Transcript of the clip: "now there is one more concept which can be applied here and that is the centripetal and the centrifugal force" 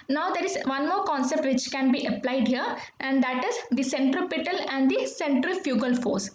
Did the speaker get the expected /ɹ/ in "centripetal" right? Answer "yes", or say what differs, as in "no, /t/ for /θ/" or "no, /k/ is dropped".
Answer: yes